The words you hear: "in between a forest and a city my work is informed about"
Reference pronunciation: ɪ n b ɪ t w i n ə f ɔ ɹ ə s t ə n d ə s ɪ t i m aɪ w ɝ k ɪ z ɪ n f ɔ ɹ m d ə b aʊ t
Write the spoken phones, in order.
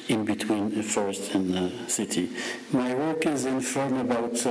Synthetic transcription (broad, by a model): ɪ n b ɪ t w i n ə f ɔ ɹ ə s t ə n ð ə s ɪ t i m aɪ w ɝ k ɪ z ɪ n f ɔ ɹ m ə b aʊ t